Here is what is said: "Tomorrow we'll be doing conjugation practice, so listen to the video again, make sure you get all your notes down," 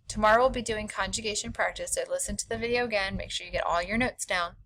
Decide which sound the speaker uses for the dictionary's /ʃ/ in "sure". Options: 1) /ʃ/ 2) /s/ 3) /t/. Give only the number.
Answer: 1